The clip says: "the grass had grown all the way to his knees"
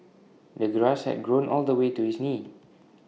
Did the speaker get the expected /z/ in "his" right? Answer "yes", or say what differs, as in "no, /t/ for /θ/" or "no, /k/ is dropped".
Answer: no, /s/ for /z/